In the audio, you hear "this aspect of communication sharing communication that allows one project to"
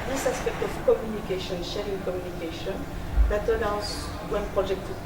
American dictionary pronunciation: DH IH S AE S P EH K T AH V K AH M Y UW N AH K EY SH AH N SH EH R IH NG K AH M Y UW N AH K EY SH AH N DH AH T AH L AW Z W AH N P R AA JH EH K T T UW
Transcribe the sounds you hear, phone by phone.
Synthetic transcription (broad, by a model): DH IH S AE S P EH K T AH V K AH M Y UW N AH K EY SH AH N SH EH R IH NG K AH M Y UW N AH K EY SH AH N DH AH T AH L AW S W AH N P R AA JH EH K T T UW